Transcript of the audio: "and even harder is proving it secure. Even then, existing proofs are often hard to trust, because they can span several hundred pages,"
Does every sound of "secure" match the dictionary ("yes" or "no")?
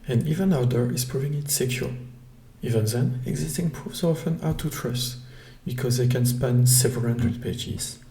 no